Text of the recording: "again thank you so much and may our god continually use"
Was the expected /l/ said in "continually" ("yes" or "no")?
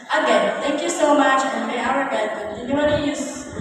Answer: no